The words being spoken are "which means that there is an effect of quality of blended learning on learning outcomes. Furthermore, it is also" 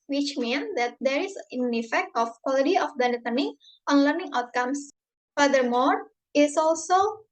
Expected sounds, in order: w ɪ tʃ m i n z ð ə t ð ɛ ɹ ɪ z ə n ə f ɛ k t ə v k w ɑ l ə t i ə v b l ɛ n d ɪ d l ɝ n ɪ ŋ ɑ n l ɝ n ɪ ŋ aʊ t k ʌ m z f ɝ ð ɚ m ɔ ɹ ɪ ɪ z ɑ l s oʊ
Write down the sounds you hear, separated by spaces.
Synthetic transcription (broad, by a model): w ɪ tʃ m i n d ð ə t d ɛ ɹ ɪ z ə n ə f ɛ k t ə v k w ɑ l ə t i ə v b ɛ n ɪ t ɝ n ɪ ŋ ɑ n l ɝ n ɪ ŋ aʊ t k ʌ m s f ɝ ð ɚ m ɔ ɹ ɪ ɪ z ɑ l s oʊ